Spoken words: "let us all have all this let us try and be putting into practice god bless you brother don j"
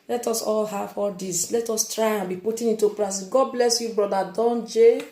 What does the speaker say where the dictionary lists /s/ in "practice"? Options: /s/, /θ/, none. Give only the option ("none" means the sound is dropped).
none